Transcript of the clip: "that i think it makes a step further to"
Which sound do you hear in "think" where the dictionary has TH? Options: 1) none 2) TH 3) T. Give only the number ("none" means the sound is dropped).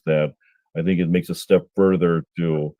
2